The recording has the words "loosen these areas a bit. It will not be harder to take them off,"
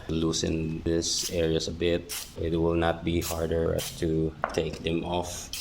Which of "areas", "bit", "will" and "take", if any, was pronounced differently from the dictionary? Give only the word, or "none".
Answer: areas